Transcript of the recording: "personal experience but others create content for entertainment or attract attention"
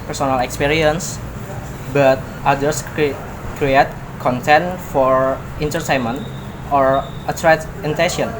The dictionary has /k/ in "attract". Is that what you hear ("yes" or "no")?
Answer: no